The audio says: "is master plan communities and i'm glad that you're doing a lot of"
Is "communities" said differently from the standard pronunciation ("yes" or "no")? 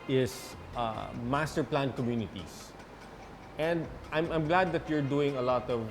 yes